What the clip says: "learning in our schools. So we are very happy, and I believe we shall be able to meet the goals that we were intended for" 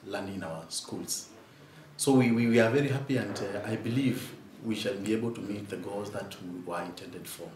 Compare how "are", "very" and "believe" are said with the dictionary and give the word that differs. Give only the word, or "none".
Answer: are